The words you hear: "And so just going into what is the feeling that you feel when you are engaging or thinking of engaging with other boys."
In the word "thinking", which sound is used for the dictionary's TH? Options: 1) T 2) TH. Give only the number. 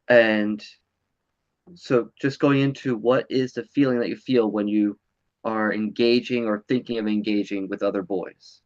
2